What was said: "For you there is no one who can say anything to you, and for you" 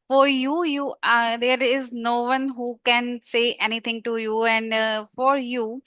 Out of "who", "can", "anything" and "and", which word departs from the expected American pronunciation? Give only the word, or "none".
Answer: anything